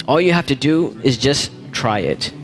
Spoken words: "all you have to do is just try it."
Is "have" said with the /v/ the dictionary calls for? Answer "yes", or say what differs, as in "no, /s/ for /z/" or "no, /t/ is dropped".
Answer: no, /f/ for /v/